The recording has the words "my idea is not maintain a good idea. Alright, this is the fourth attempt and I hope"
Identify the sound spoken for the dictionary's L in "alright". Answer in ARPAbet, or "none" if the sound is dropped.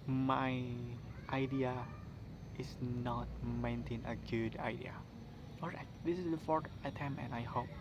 none